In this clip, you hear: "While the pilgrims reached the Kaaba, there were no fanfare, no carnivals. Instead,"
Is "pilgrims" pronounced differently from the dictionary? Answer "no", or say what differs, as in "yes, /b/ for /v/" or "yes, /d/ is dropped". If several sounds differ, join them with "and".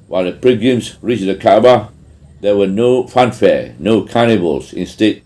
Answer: yes, /l/ is dropped and /ɹ/ is dropped